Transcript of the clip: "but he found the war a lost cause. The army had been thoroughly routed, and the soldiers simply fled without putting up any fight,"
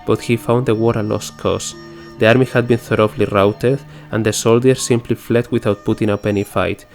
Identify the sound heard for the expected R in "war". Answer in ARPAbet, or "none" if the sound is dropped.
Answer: R